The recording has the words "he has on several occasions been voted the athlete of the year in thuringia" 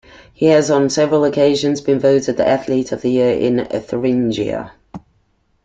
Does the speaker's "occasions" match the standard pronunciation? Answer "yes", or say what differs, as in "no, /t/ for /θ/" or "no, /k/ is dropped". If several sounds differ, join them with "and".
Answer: yes